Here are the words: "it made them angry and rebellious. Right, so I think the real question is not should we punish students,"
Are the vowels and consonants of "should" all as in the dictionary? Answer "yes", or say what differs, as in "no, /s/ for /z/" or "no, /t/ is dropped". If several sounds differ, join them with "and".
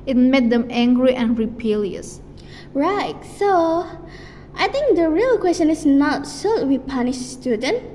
no, /s/ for /ʃ/